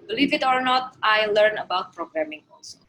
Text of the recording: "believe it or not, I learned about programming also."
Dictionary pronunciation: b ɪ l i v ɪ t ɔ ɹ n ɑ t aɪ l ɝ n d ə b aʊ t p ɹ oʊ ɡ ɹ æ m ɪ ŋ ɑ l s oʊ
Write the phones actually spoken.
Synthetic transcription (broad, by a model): b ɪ l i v ɪ t ɔ ɹ n ɑ t aɪ l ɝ n ə b aʊ t p ɹ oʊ ɡ ɹ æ m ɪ ŋ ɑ l s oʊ